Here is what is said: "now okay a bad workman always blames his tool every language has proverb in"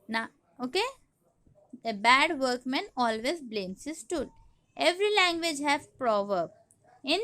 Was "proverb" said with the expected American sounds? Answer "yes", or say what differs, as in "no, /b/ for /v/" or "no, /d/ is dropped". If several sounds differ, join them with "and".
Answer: yes